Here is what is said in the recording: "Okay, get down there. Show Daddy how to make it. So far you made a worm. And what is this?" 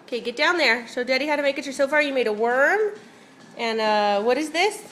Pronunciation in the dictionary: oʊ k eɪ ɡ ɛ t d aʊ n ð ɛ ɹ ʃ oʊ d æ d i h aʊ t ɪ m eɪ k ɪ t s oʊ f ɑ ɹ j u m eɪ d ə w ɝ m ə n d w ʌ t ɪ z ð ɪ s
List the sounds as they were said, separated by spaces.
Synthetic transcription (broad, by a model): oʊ k eɪ ɡ ɛ t d aʊ n ð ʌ ɹ s oʊ d æ d i h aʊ t ɪ m eɪ k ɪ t s oʊ f ɑ ɹ j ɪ m eɪ d ə w ɝ m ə n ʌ w ʌ t ɪ z ð ɪ s